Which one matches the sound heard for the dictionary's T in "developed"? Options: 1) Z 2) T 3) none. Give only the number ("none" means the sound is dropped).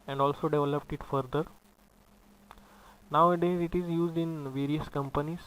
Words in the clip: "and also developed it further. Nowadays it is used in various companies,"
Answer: 2